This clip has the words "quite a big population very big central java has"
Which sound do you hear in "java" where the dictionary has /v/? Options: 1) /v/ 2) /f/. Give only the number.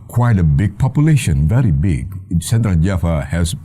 2